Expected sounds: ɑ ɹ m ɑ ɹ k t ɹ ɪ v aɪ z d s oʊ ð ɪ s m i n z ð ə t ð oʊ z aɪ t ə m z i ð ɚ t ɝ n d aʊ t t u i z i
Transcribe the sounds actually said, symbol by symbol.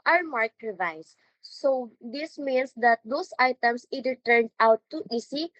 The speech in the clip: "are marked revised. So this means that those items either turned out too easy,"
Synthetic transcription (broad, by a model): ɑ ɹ m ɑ ɹ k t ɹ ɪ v aɪ s oʊ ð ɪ s m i n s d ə t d oʊ s aɪ t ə m s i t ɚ t ɝ n d aʊ t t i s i